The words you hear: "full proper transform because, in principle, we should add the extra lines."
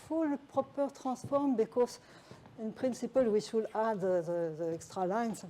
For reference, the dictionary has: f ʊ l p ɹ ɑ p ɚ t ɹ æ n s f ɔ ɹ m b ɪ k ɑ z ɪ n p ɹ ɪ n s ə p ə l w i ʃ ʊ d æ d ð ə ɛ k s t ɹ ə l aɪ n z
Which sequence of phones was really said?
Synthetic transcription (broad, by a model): f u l p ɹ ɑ p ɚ t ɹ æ s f ɔ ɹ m b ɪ k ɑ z ɪ n p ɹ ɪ n s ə p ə l w i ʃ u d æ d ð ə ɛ k s t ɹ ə l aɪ n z